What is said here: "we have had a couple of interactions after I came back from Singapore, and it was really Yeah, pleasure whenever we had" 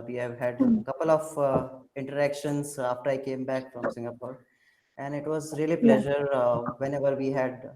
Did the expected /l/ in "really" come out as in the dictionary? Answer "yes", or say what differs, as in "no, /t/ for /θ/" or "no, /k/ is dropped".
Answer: no, /l/ is dropped